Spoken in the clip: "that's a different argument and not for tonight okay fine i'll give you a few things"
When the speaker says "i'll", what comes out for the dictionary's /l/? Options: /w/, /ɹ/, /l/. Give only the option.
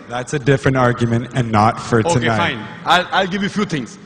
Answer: /l/